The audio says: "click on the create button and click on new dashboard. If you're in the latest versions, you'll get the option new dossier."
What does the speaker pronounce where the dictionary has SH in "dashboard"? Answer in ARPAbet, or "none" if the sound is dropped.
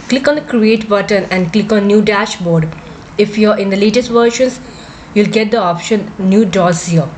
SH